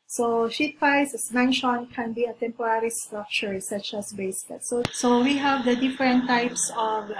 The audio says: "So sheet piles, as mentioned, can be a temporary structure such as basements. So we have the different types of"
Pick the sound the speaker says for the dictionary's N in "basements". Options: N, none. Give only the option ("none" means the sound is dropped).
none